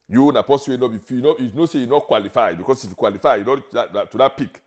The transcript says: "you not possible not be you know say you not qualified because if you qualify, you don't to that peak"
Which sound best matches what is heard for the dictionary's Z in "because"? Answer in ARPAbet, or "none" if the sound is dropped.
S